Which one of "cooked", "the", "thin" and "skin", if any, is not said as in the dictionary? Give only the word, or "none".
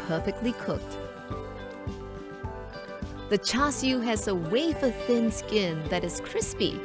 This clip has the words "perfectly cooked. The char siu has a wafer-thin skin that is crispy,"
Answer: none